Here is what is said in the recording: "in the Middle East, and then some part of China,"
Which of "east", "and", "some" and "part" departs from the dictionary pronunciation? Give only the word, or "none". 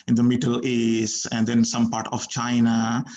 east